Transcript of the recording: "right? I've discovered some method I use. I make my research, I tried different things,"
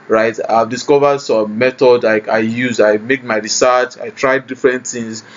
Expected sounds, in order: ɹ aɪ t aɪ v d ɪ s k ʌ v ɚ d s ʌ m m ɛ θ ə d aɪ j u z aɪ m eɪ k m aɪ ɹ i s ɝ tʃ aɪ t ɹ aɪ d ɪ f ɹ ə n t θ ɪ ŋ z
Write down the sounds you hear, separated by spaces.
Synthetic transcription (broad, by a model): ɹ aɪ t aɪ v d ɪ s k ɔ v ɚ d s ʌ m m ɛ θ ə d aɪ j u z aɪ m eɪ k m aɪ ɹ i s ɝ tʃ aɪ t ɹ aɪ d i f ɹ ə n t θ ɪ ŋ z